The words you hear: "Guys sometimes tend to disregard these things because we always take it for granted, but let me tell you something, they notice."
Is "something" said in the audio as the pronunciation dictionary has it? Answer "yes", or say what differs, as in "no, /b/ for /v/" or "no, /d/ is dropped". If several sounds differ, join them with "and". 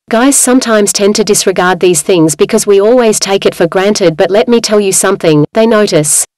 yes